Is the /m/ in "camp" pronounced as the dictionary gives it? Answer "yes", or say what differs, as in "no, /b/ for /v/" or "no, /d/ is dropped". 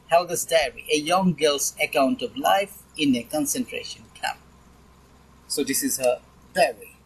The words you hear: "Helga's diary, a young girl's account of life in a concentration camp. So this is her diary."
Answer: no, /m/ is dropped